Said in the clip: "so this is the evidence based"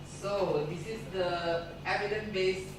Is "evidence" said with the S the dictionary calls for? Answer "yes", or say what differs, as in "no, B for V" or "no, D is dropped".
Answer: no, S is dropped